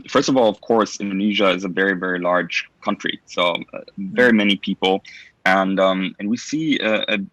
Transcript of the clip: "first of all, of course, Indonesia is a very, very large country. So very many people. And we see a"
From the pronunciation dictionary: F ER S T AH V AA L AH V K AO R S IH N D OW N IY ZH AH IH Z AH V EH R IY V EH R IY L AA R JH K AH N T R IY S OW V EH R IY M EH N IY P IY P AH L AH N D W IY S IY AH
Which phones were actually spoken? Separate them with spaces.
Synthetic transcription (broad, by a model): F ER S T AH V AA L AH V K AO R S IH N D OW N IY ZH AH IH Z AH V EH R IY V EH R IY L AA R JH K AH N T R IY S OW V EH R IY M EH N IY P IY P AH N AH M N W IY S IY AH